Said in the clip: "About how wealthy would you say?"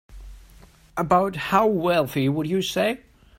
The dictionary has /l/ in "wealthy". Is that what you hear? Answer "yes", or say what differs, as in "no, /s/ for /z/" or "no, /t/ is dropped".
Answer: yes